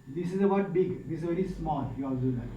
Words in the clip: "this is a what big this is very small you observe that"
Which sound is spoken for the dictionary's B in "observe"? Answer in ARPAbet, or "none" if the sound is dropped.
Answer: none